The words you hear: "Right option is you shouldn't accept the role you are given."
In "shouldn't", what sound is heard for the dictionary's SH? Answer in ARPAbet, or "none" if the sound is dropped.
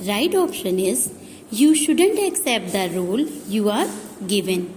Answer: SH